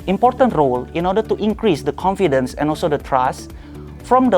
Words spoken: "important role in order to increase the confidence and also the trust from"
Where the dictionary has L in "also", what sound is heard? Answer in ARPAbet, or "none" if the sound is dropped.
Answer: L